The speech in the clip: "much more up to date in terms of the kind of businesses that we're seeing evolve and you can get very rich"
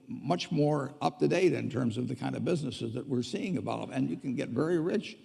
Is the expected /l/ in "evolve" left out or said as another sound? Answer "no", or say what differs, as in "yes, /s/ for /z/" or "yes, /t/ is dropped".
yes, /l/ is dropped